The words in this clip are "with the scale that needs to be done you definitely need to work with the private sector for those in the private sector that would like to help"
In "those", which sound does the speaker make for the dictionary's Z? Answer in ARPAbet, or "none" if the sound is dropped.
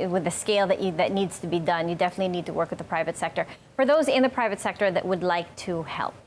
Z